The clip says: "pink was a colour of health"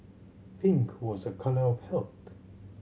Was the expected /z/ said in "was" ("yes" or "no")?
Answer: yes